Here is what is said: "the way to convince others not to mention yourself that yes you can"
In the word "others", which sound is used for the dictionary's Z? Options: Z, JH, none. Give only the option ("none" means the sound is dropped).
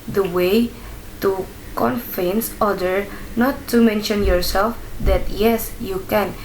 none